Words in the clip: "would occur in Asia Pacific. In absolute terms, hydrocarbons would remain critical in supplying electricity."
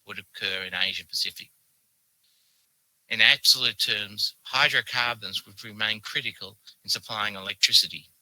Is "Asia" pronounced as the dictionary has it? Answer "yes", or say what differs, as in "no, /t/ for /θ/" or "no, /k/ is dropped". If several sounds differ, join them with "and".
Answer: yes